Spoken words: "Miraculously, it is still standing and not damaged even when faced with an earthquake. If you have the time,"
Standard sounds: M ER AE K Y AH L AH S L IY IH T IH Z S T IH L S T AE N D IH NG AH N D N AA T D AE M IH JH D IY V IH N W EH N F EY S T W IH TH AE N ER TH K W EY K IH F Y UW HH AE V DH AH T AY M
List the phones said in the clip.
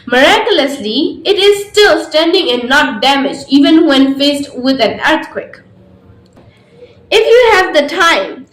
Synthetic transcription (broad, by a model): M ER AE K Y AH L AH S L IY IH T IH Z S T IH L S T AE N D IH NG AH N N AA T D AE M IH JH IY V IH N W EH N F EY S T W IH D AE N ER T K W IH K IH F Y UW HH AE V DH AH T AY M